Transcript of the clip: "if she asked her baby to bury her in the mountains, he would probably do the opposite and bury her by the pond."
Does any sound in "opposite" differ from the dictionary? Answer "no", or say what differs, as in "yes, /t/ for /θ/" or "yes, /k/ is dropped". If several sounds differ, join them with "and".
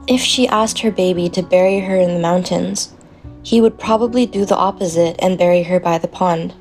no